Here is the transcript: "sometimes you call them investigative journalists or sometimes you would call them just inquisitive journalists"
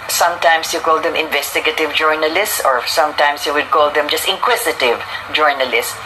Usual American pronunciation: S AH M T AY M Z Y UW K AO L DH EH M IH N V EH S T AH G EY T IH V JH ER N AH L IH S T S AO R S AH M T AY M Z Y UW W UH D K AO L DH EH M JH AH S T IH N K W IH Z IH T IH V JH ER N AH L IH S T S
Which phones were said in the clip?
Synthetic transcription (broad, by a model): S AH M T AY M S Y UW K AO L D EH M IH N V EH S T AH G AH T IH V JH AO N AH L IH S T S AO R S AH M T AY M S Y UW W UH D K AO L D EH M JH AH S T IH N K W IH S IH T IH V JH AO N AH L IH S S